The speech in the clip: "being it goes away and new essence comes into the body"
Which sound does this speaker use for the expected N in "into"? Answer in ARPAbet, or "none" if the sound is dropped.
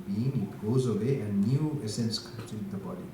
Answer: none